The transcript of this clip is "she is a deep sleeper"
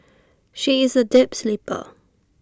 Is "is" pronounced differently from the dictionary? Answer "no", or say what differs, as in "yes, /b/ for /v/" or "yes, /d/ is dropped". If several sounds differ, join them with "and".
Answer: no